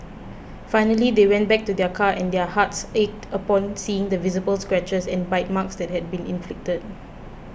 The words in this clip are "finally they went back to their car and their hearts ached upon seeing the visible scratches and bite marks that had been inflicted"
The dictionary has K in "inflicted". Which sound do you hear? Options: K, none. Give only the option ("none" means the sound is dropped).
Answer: K